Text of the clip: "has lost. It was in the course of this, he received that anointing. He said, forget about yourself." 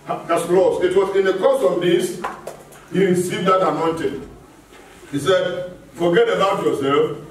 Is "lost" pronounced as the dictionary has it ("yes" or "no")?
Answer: no